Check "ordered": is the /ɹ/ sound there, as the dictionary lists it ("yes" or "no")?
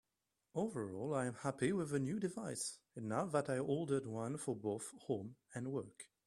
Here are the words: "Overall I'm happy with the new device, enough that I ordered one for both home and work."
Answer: no